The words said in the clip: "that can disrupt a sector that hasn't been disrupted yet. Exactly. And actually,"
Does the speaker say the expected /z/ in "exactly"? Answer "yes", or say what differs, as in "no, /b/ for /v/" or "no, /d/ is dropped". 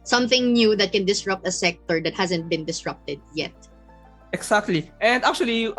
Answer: no, /s/ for /z/